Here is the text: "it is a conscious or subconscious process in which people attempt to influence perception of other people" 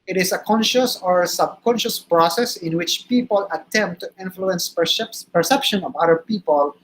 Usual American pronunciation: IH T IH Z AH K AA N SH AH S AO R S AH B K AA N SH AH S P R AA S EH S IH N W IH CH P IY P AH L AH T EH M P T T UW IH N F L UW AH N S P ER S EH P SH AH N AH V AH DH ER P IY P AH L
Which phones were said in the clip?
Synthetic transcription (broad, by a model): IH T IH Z AH K AA N SH AH S AO R S AH B K AA N SH AH S P R AA S EH S IH N W IH CH P IY P AH L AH T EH M P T T UW IH N F L UW AH N S P ER S EH P SH AH N AH V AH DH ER P IY P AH L